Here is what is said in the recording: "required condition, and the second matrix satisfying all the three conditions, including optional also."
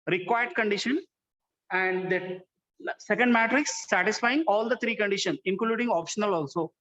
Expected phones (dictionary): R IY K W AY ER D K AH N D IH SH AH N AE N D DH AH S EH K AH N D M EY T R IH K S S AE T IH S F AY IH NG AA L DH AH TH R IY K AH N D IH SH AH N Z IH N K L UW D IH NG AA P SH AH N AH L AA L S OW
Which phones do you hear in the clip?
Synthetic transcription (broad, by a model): R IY K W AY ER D K AH N D IH SH AH N AE N D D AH S EH K AH N D M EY T R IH K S S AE T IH S F AY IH NG AA L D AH T R IY K AH N D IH SH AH N S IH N K L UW D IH NG AA P SH AH N AH L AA L S OW